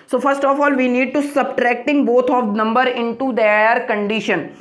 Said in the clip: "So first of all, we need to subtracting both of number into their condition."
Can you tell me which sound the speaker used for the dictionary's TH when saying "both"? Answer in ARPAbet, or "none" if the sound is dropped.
T